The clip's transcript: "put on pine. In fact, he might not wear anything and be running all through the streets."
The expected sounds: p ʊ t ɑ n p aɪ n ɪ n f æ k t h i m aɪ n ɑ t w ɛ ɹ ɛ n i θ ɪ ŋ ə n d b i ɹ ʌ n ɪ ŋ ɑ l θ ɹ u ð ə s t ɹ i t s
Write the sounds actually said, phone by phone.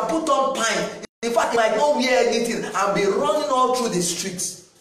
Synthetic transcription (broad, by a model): p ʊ t ɑ n p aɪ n ɪ n f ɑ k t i m aɪ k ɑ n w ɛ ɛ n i t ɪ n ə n b i ɹ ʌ n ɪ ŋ ɑ l t ɹ u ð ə s t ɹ i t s